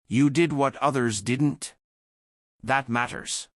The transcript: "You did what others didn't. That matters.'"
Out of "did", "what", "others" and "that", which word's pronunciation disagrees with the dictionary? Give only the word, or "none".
none